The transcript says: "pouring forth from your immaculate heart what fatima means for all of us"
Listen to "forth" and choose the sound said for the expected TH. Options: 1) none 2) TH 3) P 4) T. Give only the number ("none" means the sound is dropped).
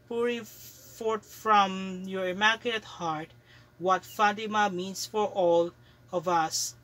4